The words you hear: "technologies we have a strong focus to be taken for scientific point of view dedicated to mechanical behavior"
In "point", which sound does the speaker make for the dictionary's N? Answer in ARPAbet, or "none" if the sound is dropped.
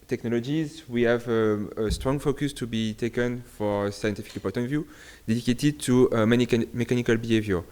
none